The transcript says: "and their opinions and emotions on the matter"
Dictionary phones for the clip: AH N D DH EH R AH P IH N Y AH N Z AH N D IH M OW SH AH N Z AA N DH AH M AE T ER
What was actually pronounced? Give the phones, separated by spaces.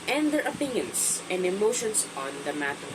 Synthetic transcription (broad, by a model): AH N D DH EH R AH P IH N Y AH N S AH N D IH M OW SH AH N S AA N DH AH M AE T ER